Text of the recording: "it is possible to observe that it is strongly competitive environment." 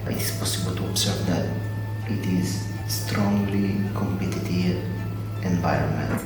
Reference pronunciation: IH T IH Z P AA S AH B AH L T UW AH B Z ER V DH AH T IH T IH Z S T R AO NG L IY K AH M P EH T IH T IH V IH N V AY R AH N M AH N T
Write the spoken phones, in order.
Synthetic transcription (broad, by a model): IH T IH S P AA S AH B AH L T UW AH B S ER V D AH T IH T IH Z S T R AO NG L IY K AH M P EH T IH T IH V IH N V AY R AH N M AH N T